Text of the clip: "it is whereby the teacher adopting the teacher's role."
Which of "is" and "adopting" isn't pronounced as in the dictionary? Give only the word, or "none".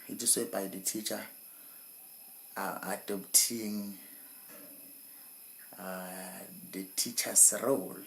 is